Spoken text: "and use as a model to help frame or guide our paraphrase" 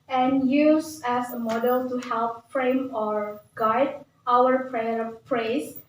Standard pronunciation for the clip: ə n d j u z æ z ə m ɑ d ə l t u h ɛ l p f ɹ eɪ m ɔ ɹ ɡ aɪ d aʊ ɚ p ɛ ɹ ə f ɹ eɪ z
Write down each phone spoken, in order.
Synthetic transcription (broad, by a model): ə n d j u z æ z ə m ɑ d ə l t u h ɛ l p f ɹ eɪ m ɔ ɹ ɡ aɪ d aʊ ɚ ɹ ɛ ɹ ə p ɹ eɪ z